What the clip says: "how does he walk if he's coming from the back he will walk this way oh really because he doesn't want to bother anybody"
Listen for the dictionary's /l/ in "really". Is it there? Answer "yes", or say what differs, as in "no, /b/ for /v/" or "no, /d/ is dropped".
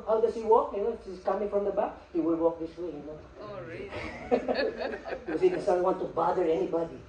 no, /n/ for /l/